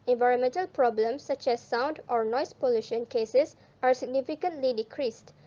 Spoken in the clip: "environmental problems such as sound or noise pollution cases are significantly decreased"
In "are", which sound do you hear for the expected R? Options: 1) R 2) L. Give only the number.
1